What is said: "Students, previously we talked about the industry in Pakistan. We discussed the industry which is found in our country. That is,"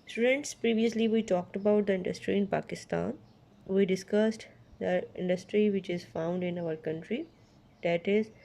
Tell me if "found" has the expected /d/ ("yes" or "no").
yes